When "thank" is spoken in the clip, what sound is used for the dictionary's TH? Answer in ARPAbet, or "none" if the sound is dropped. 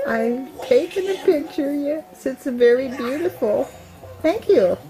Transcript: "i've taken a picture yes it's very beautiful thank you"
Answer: TH